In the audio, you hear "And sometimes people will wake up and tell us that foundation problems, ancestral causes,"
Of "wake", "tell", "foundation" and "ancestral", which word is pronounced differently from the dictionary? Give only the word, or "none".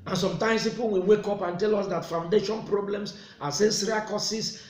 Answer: ancestral